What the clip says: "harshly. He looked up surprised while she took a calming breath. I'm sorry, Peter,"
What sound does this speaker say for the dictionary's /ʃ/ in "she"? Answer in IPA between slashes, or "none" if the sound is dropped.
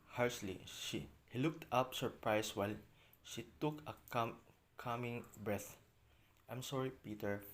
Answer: /ʃ/